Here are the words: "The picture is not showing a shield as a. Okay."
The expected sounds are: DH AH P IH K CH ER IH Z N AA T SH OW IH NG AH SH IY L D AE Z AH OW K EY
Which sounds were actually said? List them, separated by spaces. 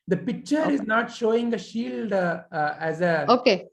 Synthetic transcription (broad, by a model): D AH P IH K CH ER IH Z N AA T SH OW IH NG AH SH IY L D AE Z AH OW K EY